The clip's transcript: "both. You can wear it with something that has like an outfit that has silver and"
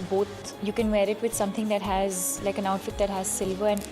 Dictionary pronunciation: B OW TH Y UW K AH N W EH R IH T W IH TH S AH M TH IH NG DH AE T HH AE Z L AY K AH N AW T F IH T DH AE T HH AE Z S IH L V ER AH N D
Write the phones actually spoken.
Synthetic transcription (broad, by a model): B OW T Y UW K AH N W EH R IH T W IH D S AH M T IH NG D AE T HH AE Z L AY K AH N AW T F IH T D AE T HH AE Z S IH L V ER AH N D